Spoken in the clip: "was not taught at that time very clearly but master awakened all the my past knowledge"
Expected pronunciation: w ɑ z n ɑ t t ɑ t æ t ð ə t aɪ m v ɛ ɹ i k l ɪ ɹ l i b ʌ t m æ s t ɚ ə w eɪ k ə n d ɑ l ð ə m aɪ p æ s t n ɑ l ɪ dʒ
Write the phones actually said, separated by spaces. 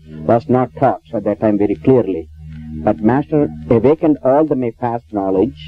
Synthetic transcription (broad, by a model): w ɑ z n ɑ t t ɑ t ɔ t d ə t aɪ m v ɛ ɹ i k l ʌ ɹ l i b ʌ t m æ s t ɚ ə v eɪ k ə n d ɑ l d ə m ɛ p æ s t n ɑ l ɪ dʒ